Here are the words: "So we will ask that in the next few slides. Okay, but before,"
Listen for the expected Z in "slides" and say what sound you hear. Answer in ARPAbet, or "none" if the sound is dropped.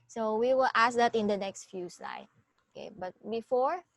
none